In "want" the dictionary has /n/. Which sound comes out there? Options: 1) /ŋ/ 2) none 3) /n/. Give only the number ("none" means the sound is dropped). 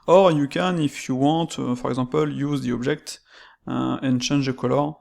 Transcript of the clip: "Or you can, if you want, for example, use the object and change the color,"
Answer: 2